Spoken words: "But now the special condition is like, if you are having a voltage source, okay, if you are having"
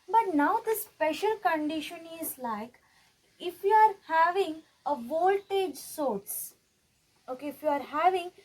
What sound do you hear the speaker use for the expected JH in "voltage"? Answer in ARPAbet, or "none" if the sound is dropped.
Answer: JH